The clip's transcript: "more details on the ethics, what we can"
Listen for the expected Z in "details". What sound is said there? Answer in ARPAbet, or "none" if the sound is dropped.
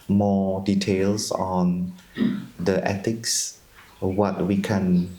S